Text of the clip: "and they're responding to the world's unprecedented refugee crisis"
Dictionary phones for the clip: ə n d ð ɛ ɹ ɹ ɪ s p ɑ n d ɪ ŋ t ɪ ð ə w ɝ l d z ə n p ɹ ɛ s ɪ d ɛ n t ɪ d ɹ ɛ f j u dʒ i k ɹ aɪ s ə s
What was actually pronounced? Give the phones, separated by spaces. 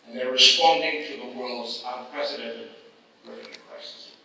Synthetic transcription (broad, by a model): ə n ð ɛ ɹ ɹ ɪ s p ɑ n d ɪ ŋ t ɪ ð ə w ɝ l d z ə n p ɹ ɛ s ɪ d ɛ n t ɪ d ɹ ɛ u i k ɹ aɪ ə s